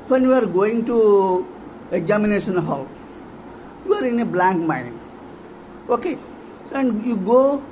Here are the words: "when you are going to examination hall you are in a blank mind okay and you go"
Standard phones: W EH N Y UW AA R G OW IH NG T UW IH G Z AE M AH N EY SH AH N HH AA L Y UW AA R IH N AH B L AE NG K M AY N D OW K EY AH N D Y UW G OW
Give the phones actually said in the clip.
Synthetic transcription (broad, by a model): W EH N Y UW AA R G OW IH NG T UW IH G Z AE M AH N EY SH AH N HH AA L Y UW AA R IH N AH B L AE NG K M AY N OW K EY AH N D Y UW G OW